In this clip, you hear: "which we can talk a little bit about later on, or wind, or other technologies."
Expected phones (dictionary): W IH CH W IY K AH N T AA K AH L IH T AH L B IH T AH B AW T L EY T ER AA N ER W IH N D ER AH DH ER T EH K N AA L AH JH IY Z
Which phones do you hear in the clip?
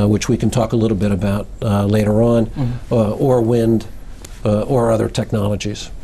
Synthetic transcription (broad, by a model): W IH CH W IY K N T AA K AH L IH T L B IH T AH B AW T L EY T ER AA N ER W IH N D ER AH DH ER T EH K N AA L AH JH IY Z